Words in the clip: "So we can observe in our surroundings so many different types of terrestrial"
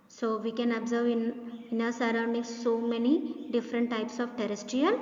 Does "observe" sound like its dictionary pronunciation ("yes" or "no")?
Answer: yes